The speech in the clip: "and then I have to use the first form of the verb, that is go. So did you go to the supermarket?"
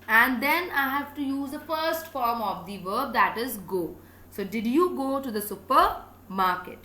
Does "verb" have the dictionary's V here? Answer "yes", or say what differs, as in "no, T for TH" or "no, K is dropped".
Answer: yes